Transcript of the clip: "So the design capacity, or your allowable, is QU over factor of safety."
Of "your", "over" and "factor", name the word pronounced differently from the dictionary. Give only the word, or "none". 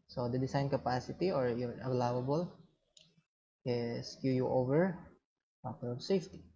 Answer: factor